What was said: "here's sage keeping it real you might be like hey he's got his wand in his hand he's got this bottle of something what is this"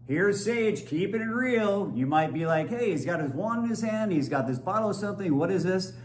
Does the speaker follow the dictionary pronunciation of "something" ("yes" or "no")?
yes